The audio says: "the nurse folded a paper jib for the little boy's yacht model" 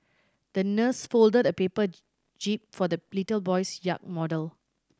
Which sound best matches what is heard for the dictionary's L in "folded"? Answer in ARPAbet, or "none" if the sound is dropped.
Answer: L